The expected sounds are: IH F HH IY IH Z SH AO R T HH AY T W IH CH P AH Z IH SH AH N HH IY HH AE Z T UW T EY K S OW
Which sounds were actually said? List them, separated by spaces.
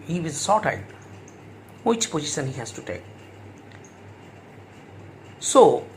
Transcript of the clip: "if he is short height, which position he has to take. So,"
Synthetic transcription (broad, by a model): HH IY IH Z S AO T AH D W IH CH P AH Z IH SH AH N HH IY HH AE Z T UW T EY K S OW